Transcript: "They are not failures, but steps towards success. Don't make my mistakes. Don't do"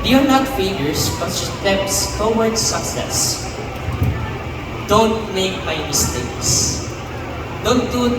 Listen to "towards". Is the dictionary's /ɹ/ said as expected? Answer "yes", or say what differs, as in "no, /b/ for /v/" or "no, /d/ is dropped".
no, /w/ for /ɹ/